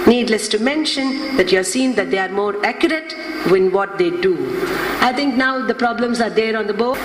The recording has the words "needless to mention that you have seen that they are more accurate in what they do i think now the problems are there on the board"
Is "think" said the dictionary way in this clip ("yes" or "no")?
no